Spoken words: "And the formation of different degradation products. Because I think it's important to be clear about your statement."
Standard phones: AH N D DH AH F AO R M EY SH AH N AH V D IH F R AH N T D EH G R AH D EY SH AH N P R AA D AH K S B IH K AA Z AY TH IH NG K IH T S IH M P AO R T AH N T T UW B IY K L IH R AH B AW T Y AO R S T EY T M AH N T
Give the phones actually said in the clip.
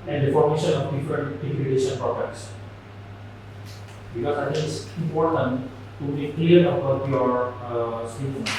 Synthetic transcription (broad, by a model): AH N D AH F AO R M EY SH AH N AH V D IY F R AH N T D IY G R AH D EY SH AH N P AA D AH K S B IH K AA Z AY T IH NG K IH T S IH M P AO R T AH N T T UW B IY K L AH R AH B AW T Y AO R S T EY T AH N